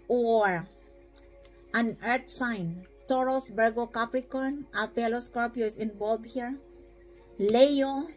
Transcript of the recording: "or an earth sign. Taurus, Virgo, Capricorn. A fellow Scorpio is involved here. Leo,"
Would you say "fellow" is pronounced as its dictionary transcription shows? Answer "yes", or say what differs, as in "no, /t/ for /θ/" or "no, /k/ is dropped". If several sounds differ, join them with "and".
no, /p/ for /f/